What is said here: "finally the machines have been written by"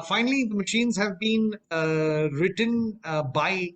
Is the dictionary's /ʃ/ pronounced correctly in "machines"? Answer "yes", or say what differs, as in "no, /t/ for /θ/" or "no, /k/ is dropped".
yes